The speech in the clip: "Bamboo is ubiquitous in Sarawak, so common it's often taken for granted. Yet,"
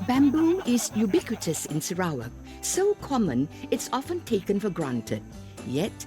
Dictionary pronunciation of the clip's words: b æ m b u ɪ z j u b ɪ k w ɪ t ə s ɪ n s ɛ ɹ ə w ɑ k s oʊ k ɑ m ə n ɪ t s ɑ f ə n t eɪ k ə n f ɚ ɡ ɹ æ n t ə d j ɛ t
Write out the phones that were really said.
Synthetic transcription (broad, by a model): b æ m b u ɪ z j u b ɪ k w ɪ t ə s ɪ n s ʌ ɹ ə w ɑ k s oʊ k ɑ m ə n ɪ t s ɑ f ə n t eɪ k ə n f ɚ ɡ ɹ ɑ n t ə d j ɛ t